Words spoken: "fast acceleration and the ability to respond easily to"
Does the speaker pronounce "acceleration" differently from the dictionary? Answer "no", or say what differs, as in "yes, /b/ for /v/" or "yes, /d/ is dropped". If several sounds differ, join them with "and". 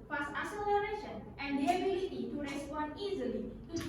yes, /k/ is dropped